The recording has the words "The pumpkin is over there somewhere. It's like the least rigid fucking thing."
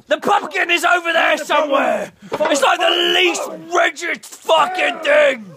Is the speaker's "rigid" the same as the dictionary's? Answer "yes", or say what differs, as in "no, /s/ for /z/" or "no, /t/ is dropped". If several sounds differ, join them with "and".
no, /tʃ/ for /dʒ/